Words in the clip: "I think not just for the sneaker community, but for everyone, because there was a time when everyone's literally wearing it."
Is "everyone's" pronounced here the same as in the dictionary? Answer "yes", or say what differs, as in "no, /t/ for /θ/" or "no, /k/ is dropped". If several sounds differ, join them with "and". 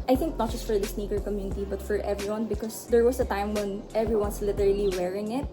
no, /s/ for /z/